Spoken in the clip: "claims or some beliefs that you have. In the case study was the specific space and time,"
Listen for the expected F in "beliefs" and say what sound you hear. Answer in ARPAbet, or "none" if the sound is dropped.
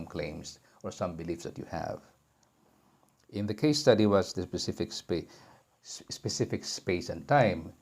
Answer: F